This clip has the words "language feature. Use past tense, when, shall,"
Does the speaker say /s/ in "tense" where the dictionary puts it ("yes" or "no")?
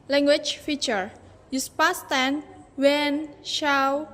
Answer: no